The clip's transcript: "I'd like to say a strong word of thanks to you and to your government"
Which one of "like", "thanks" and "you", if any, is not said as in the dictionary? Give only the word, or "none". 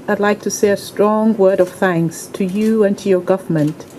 none